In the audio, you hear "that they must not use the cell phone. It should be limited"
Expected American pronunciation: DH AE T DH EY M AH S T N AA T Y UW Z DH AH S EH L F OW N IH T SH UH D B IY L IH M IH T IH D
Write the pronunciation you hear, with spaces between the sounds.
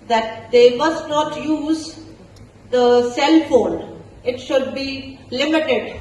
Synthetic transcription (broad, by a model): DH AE T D EY M AH S T N AA T Y UW Z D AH S EH L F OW L IH T SH UH D B IY L IH M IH T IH D